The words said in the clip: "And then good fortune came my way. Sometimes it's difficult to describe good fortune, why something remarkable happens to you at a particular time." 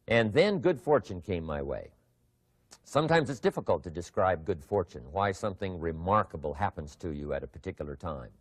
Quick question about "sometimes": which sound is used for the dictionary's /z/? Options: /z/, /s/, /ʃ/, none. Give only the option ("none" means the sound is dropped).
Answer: /z/